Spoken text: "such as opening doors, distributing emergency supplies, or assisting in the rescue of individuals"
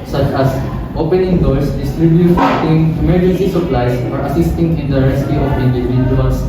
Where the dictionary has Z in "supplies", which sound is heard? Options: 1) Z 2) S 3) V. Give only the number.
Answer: 2